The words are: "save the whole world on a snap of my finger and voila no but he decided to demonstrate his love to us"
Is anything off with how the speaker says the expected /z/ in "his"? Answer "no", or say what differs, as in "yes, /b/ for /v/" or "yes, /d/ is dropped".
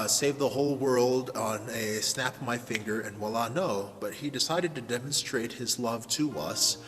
no